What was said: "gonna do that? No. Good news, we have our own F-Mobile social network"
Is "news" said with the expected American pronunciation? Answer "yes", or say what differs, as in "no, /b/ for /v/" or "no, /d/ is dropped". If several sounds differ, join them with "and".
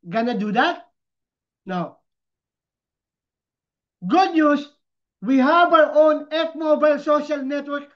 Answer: no, /s/ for /z/